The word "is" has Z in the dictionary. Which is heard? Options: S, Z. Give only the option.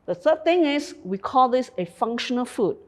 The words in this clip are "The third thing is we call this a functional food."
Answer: S